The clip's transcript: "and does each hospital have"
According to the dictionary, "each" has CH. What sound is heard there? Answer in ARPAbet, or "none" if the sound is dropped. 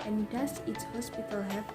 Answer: S